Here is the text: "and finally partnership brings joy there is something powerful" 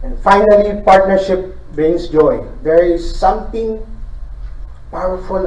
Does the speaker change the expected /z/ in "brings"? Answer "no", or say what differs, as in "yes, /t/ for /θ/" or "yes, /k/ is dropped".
yes, /s/ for /z/